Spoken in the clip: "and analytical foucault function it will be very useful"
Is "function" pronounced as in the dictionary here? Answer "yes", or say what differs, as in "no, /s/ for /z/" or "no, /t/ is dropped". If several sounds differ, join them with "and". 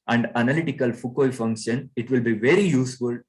yes